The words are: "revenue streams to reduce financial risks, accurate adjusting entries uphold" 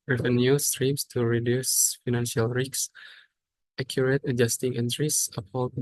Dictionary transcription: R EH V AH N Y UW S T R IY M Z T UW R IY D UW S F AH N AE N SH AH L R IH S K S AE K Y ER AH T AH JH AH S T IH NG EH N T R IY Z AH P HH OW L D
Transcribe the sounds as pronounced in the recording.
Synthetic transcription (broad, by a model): R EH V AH N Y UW S T R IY M S T UW R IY D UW S F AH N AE N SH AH L R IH K S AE K Y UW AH T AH JH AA S T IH NG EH N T R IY S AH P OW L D